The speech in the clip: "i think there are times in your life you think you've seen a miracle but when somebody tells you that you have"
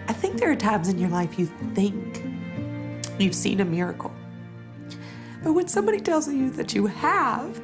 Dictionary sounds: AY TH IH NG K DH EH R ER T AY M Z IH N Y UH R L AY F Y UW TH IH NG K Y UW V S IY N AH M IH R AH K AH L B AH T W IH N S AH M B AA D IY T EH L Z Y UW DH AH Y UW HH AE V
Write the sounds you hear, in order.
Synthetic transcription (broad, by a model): AY TH IH NG K DH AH R T AY M Z IH N Y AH R L AY F Y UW TH IH NG K Y UW V S IY N AH M IH R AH K L B AH T W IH N S AH M B AA D IY T EH L Z Y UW DH AH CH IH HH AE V